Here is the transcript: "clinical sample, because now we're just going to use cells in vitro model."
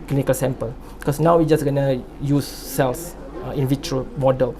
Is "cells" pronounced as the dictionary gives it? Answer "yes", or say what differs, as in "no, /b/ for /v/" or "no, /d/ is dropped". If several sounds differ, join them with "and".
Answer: no, /s/ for /z/